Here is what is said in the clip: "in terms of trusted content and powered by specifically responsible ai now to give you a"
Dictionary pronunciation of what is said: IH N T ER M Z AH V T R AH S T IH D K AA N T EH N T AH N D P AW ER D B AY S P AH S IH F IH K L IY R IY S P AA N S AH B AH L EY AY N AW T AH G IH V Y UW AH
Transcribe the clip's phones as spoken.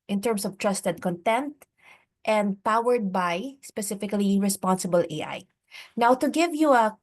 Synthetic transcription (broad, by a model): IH N T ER M S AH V T R AH S T IH D K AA N T EH N T AH N D P AW ER D B AY S P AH S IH F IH K L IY R IY S P AA N S AH B AH L EY AY N AW T AH G IH V Y UW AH